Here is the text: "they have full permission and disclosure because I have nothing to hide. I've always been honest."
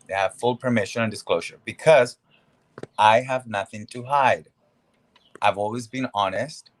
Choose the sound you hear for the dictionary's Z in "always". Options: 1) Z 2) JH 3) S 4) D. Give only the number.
1